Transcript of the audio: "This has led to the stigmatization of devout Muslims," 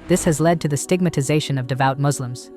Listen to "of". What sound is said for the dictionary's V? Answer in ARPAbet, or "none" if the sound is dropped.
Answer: V